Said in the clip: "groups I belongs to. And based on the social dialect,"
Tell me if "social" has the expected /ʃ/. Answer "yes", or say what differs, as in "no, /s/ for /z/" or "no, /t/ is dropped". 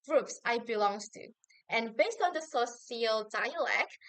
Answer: no, /s/ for /ʃ/